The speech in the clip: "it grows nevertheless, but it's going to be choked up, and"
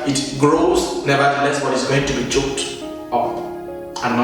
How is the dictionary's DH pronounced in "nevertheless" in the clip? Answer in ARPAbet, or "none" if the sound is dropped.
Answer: none